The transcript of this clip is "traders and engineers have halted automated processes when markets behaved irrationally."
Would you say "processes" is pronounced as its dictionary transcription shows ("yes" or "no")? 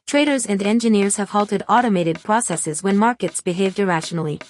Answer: yes